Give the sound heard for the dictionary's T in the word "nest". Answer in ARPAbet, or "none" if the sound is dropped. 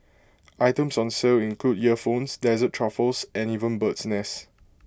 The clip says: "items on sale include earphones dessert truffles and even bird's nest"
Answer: none